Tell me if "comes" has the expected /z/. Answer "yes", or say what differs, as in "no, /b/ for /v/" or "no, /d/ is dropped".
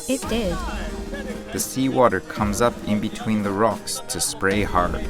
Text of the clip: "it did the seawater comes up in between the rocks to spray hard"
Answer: yes